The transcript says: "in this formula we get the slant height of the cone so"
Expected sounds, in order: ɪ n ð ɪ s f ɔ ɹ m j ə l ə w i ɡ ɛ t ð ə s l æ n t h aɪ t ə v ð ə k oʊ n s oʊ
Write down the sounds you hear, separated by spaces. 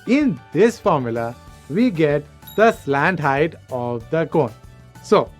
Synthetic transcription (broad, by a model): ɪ n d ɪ s f ɔ ɹ m j ə l ə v i ɡ ɛ t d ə s l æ n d h aɪ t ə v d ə k oʊ n s oʊ